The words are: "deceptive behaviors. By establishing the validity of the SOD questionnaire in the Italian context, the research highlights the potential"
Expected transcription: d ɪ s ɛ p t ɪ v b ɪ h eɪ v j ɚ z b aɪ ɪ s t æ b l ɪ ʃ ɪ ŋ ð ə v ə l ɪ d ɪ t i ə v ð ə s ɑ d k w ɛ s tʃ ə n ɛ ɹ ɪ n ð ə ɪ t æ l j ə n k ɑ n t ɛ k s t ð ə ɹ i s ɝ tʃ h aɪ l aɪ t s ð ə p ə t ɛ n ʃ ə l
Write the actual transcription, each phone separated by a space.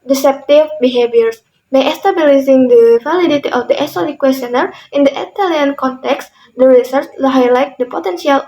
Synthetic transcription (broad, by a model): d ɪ s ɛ p t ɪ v b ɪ h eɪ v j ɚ s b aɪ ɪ s t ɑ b l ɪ s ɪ ŋ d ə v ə l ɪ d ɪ t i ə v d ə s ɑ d k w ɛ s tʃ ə n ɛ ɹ ɪ n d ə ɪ t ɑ l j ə n k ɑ n t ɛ k s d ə ɹ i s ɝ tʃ h aɪ l aɪ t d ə p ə t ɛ n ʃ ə l